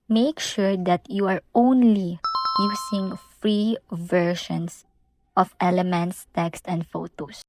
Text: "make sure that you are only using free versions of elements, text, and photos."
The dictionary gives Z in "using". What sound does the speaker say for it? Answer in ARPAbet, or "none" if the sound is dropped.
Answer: S